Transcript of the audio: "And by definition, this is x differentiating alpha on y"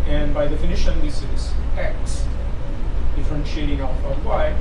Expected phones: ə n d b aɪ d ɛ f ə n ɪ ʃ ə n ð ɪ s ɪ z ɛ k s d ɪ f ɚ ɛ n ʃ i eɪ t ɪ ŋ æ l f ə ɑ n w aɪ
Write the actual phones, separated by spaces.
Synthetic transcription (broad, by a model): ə n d b aɪ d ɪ f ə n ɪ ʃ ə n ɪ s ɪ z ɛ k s d ɪ f ɚ ɛ n ʃ i eɪ t ɪ ŋ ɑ f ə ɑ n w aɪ